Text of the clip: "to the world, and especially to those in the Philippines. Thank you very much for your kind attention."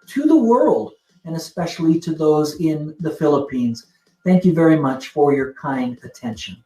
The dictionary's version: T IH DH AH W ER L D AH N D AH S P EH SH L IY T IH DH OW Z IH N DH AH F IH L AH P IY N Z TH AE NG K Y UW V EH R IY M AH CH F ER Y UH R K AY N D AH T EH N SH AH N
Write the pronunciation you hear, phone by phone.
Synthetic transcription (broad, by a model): T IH DH AH W ER L D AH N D AH S P EH SH L IY T IH DH OW Z IH N DH AH F IH L AH P IY N Z TH AE NG K Y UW V EH R IY M AH CH F ER Y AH R K AY N D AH T EH N SH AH N